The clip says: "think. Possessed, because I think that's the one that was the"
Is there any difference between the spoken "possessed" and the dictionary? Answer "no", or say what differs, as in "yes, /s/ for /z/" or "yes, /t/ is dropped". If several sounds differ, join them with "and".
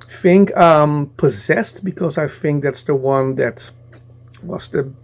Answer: no